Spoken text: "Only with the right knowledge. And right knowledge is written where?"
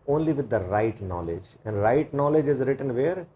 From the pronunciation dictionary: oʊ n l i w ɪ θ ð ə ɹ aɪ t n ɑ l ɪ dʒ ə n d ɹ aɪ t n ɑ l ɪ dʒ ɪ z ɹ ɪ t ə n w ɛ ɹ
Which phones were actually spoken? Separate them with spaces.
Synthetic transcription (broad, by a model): oʊ n l i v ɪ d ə ɹ aɪ t n ɑ l ɪ dʒ ə n d ɹ aɪ t n ɑ l ɪ dʒ ɪ z ɹ ɪ t ə n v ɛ ɹ